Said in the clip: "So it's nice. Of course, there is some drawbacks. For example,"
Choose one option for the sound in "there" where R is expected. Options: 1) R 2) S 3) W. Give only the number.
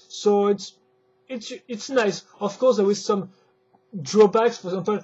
3